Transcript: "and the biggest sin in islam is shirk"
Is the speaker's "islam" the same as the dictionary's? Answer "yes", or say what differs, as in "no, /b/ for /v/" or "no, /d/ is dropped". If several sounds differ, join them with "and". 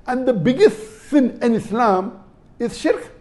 yes